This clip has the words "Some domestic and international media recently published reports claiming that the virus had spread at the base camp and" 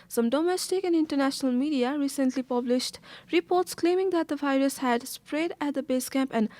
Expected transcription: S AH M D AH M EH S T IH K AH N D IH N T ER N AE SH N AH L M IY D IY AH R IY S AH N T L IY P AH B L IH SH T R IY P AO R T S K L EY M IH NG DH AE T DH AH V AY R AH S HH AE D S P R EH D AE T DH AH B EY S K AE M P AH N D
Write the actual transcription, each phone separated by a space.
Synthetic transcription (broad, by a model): S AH M D AH M EH S T IH K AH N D IH N T ER N AE SH N AH L M IY D IY AH R IY S AH N T L IY P AH B L IH SH T R IY P AO R T S K L EY M IH NG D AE T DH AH V AY R AH S HH AE D S P R EH D AE T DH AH B EY S K AE M P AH N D